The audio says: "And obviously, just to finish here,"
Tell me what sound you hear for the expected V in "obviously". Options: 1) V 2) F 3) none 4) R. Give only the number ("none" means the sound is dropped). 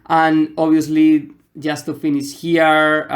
3